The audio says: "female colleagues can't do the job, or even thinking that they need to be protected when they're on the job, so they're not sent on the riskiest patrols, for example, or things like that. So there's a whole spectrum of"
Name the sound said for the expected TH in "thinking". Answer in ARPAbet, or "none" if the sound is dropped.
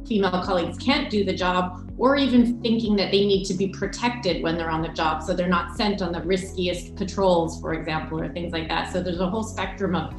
TH